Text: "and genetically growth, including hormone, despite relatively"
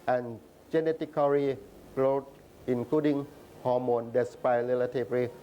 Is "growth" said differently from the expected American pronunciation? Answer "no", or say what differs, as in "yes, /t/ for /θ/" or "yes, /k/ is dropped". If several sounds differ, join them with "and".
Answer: yes, /l/ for /ɹ/